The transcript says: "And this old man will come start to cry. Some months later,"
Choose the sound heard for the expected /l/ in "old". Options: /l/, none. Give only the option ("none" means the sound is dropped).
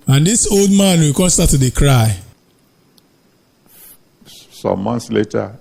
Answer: /l/